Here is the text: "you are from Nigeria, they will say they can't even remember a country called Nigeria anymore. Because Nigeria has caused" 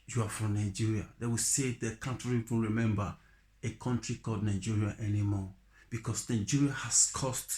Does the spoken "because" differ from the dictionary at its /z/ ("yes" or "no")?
yes